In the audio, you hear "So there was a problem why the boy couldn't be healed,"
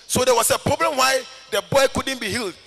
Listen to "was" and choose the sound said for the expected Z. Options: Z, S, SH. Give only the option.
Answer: S